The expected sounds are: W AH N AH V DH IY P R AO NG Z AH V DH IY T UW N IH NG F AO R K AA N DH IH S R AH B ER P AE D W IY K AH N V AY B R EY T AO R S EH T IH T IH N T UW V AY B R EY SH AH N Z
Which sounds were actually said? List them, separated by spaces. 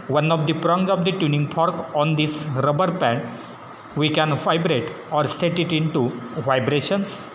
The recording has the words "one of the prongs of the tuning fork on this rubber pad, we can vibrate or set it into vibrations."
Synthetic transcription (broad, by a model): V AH N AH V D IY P R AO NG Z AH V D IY T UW N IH NG P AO R K AA N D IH S R AH B ER P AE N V IY K AH N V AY B R EY T AO R S EH T IH T IH N T UW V AY B R EY SH AH N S